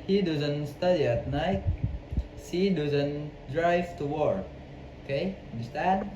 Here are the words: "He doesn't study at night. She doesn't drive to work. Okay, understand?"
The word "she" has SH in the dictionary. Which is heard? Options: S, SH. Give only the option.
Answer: S